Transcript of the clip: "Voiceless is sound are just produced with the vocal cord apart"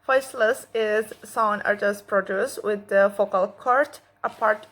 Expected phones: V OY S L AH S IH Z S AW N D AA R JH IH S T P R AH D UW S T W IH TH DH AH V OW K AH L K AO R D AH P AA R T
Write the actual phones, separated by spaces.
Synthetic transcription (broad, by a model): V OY S L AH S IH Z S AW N AA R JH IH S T P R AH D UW S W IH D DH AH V OW K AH L K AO R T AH P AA R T